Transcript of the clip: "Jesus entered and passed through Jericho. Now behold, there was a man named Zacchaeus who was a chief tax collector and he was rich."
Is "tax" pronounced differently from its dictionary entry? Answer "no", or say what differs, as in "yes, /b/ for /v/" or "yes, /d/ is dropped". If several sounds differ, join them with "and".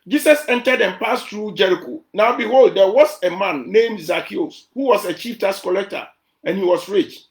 yes, /k/ is dropped